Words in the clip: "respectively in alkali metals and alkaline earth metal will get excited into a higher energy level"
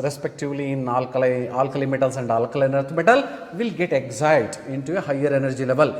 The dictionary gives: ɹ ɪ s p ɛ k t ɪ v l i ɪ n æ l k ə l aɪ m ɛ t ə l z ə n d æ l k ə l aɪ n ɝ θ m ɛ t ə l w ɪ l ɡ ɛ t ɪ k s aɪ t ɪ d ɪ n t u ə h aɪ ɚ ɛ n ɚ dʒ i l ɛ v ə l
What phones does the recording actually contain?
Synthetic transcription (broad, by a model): ɹ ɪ s p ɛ k t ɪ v l i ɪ l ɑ l k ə l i m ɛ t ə l s ə n d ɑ l k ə l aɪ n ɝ t m ɛ t ə l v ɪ l ɡ ɛ t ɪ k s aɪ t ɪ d ɪ n t u ə h aɪ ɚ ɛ n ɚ dʒ i l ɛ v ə l